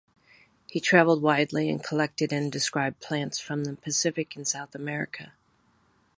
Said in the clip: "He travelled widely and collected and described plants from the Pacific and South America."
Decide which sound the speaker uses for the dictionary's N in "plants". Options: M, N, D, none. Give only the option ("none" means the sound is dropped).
N